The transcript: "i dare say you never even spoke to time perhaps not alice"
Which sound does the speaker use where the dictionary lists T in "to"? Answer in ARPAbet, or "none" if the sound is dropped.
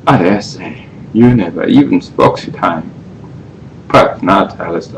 S